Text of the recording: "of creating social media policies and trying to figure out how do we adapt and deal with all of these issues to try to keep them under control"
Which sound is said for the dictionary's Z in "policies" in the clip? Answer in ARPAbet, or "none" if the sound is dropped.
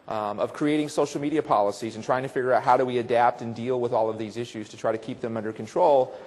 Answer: Z